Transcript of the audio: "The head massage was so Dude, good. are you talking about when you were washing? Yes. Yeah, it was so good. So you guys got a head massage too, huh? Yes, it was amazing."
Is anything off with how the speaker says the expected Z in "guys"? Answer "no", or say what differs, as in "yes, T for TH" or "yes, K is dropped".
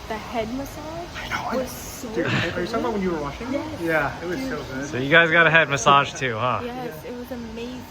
no